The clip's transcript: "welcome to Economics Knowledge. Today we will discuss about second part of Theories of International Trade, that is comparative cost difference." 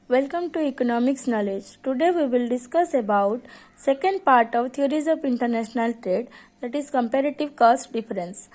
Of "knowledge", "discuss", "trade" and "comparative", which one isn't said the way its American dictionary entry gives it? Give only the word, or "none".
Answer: none